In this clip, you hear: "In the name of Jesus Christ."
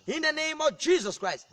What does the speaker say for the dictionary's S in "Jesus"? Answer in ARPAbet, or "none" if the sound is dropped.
S